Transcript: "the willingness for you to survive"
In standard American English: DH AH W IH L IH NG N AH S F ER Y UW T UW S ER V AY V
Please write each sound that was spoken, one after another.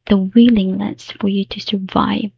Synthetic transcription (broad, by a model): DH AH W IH L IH NG L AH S F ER Y UW T UW S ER V AY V